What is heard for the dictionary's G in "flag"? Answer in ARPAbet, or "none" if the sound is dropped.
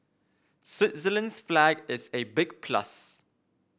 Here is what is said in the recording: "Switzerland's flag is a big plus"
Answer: G